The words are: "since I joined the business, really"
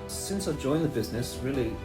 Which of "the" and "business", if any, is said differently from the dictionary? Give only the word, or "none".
none